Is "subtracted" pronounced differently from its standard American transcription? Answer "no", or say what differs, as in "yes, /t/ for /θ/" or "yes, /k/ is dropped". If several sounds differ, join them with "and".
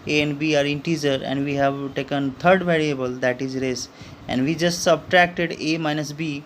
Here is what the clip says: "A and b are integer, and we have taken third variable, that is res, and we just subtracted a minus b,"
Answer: no